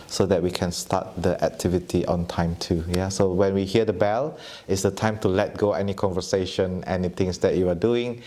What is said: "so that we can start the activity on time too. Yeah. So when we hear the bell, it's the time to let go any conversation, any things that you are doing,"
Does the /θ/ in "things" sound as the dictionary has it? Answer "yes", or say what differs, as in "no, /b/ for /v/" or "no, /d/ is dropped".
no, /t/ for /θ/